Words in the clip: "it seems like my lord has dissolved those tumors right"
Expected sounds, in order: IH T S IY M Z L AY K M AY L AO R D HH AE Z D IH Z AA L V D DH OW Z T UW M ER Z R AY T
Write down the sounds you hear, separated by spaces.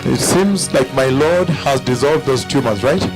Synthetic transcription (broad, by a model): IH T S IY M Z L AY K M AY L AO R D HH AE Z D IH Z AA L V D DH OW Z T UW M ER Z R AY T